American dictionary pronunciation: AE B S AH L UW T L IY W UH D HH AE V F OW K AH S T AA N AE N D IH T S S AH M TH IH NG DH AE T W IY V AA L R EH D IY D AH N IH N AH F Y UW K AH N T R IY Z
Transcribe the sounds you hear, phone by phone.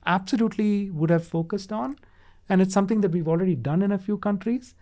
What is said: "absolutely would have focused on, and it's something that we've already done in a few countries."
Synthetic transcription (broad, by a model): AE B S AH L UW T L IY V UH D HH AE V F OW K AH S T AA N AE N D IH T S S AH M T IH NG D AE T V IY V AA L R EH D IY D AH N IH N AH F Y UW K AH N T R IY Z